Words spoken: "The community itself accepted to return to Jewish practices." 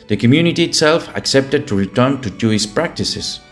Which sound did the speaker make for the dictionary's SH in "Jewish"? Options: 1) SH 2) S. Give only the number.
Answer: 2